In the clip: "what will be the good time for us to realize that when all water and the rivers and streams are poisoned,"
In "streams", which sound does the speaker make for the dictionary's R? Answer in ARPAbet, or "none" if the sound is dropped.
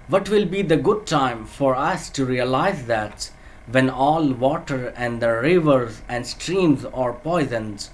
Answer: R